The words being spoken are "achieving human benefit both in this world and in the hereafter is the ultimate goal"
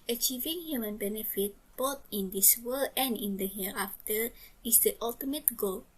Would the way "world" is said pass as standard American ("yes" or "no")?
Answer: no